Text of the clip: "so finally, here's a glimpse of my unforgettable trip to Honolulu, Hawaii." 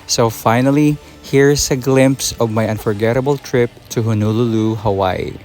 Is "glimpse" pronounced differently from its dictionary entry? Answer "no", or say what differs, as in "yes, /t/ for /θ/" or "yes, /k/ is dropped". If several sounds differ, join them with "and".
no